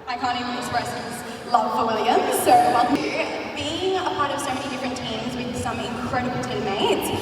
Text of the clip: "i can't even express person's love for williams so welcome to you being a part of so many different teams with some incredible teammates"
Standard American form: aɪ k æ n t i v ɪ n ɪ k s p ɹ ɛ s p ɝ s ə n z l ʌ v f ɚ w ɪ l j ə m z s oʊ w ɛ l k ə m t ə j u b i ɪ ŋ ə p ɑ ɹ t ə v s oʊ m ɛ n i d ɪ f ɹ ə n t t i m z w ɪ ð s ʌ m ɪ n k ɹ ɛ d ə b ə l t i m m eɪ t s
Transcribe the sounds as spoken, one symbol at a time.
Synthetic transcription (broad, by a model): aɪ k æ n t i ɪ ɪ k s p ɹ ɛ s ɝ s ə z l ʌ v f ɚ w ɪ l j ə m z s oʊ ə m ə b i ɪ ŋ ə p ɑ ɹ t ə v s oʊ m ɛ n i d ɪ f ɹ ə n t t i m z w ɪ ð s ʌ m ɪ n k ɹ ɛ d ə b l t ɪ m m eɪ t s